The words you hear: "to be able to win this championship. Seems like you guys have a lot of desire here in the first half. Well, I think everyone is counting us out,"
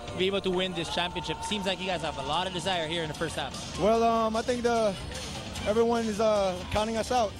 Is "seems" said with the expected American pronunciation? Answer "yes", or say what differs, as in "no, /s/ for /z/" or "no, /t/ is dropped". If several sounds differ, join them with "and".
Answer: yes